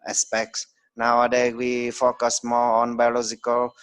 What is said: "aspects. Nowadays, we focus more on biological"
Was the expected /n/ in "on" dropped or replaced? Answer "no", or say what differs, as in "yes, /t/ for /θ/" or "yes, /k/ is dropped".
no